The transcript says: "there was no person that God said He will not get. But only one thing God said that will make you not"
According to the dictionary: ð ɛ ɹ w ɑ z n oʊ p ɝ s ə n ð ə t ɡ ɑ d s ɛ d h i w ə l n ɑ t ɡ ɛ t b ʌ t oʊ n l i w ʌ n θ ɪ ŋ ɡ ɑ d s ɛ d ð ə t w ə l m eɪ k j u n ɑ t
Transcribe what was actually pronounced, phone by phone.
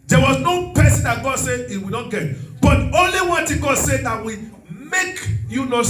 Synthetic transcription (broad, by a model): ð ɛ w ɑ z n oʊ p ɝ s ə n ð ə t ɡ ɑ d s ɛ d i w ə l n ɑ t ɡ ɛ t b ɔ t oʊ n l i w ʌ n t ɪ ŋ ɡ ɑ d s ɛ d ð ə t w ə m eɪ k j u n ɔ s